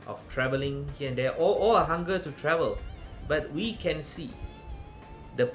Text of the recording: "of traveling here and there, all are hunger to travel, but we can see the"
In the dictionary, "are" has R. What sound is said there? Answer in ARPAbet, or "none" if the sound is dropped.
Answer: L